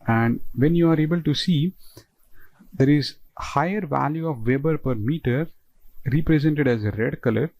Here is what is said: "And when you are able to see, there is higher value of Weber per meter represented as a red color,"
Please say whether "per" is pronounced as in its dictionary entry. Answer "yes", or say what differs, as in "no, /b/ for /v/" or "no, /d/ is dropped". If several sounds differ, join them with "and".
yes